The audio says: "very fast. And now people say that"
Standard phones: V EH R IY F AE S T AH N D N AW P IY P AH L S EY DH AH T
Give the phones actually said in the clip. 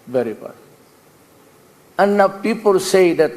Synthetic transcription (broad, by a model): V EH R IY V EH T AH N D N AW P IY P AH L S EY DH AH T